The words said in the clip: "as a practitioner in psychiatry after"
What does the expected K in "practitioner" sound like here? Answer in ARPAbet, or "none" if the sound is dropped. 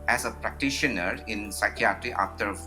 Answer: K